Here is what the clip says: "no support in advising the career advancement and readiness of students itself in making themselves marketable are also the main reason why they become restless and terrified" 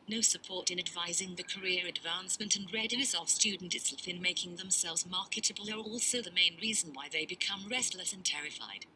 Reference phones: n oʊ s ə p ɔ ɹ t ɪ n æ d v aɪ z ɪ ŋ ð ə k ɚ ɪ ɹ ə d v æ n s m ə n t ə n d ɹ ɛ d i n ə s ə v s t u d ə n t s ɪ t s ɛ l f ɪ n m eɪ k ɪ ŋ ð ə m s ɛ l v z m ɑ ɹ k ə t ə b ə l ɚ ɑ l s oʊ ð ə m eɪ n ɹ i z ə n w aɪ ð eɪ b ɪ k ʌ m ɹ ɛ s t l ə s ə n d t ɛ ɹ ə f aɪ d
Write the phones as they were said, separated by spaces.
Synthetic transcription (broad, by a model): n oʊ s ə p ɔ ɹ t ɪ n æ d v aɪ z ɪ ŋ ð ə k ɚ ɪ ɹ ə d v æ n s m ə n t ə n ɹ ɛ d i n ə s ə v s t u d n t ɪ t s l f ɪ n m eɪ k ɪ ŋ ð ə m s ɛ l v z m ɑ ɹ k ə t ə b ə l ɚ ɑ l s oʊ ð ə m eɪ n ɹ i z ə n w aɪ ð eɪ b ɪ k ʌ m ɹ ɛ s t l ə s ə n t ɛ ɹ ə f aɪ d